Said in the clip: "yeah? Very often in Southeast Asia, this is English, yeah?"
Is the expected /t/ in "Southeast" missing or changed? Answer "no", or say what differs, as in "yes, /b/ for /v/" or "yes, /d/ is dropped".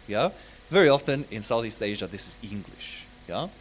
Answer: no